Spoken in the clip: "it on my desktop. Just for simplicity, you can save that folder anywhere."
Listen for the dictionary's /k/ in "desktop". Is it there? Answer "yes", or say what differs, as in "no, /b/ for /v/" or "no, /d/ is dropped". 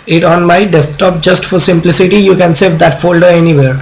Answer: no, /k/ is dropped